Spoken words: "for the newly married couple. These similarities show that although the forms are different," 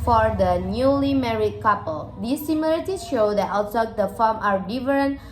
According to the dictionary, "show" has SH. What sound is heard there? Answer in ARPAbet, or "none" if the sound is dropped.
SH